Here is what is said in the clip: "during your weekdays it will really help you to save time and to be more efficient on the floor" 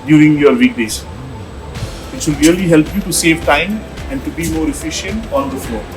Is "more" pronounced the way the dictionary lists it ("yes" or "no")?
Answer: yes